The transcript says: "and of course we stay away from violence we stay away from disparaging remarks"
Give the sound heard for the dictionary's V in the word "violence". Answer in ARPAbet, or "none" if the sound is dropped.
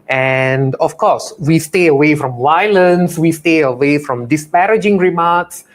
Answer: W